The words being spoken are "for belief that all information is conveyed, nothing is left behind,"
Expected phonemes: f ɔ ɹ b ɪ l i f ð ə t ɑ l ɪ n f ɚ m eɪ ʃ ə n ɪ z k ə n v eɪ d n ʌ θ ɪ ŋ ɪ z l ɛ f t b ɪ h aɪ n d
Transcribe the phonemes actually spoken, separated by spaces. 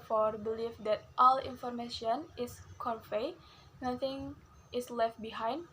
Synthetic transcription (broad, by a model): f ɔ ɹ b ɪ l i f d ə t ɑ l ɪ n f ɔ m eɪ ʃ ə n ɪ s k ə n f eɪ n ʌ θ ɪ ŋ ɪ s l ɛ f t b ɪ h aɪ n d